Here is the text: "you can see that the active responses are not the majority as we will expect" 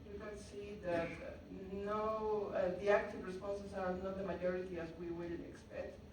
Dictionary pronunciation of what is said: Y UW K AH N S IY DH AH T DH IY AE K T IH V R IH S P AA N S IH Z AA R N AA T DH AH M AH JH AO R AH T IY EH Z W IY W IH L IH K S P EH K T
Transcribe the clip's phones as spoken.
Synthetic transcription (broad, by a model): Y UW K AH N S IY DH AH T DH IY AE K T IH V R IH S P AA N S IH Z AA R N AA T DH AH M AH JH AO R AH T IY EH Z W IY W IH N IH K S P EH K T